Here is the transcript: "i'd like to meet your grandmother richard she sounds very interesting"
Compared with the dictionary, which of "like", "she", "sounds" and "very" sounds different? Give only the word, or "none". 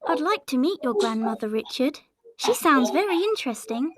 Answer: none